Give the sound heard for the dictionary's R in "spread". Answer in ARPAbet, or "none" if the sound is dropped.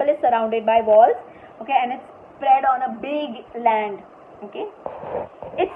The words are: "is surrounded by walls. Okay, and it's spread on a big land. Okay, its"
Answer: R